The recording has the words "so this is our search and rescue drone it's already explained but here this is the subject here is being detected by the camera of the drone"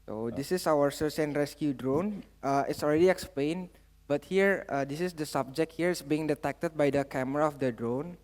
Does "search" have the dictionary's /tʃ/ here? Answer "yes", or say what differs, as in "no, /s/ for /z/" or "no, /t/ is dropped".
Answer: no, /s/ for /tʃ/